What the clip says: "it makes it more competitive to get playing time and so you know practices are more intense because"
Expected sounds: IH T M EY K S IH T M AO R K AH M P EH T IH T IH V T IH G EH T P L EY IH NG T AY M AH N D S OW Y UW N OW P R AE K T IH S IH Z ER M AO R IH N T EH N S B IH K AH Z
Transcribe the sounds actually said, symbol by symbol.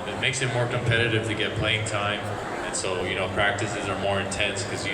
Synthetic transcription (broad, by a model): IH T M EY K S IH T M AO R K AH M P EH T IH T IH V T IH G EH T P L EY IH NG T AY M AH N S OW Y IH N OW P R AE K T IH S IH Z ER M AO R IH N T EH N S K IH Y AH